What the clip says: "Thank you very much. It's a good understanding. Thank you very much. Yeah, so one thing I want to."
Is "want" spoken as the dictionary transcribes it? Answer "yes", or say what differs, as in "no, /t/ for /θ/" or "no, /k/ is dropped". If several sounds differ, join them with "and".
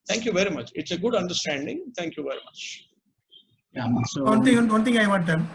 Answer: no, /n/ is dropped